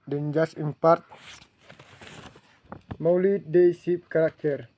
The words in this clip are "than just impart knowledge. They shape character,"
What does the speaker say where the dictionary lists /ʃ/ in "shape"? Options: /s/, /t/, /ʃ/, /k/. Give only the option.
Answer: /s/